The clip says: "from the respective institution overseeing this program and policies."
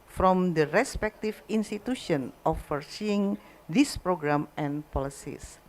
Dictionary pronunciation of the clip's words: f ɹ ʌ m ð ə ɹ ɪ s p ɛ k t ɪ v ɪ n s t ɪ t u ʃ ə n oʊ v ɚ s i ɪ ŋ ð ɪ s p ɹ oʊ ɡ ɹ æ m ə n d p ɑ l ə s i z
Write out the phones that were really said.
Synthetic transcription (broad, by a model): f ɹ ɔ m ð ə ɹ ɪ s p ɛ k t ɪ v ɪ n s t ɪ t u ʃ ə n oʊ f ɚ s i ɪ ŋ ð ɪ s p ɹ oʊ ɡ ɹ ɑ m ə n p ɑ l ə s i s